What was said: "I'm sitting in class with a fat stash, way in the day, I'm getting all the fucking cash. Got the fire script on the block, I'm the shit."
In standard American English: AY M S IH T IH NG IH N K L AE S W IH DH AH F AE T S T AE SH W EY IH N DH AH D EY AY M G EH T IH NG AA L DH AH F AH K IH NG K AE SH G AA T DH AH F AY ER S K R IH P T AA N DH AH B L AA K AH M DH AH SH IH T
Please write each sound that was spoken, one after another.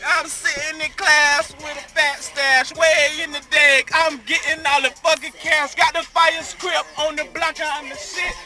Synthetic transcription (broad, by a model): AY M S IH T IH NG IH K L AE S W IH DH AH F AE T S T AE SH W EY IH N DH AH D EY AY M G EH T IH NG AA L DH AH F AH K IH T K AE S G AA T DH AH F AY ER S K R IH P AA N DH AH B L AA K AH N DH AH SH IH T